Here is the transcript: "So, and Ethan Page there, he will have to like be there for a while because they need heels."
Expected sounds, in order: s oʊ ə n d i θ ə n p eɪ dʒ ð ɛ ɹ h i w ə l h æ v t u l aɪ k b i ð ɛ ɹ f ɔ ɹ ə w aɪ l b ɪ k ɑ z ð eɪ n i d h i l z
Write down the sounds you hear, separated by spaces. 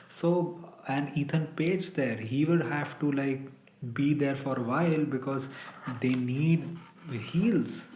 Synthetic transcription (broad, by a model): s oʊ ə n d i t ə n p eɪ dʒ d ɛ ɹ h i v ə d h æ v t u l aɪ k b i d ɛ ɹ f ɔ ɹ ə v aɪ l b ɪ k ɑ z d eɪ n i d h i l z